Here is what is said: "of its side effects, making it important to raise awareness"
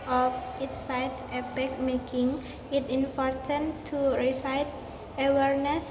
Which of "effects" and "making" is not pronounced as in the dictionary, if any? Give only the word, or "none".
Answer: effects